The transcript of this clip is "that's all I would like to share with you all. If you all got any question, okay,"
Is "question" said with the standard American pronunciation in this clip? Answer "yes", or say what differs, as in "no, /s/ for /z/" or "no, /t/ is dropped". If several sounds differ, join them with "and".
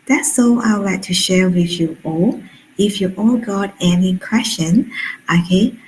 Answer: no, /ʃ/ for /tʃ/